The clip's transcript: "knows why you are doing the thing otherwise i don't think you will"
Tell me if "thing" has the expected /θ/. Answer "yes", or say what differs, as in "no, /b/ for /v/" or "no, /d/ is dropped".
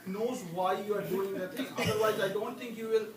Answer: no, /t/ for /θ/